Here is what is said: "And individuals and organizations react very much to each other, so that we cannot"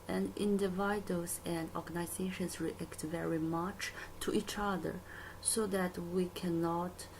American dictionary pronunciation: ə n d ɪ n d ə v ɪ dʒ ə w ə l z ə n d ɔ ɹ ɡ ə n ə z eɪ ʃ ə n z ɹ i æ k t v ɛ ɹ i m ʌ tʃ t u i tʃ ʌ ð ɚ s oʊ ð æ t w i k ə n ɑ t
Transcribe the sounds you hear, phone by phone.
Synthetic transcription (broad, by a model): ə n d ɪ n d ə v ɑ ə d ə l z ə n d ɔ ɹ ɡ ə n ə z eɪ ʃ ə n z ɹ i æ k t v ɛ ɹ i m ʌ tʃ t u i tʃ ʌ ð ɚ s oʊ ð æ t w i k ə n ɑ t